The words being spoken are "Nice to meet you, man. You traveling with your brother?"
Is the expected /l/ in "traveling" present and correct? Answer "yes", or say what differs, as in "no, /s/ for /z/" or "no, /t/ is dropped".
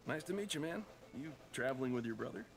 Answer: yes